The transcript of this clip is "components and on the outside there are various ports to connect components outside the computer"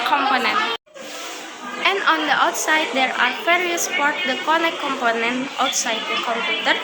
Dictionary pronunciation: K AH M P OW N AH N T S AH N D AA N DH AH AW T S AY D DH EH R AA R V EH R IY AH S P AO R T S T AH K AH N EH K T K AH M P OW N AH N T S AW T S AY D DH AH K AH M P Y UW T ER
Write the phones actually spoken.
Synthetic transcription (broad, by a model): K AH M P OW N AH N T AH N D AA N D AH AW T S AY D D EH R AA R F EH R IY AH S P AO R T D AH K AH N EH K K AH M P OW N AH N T AW T S AY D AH K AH M P Y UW T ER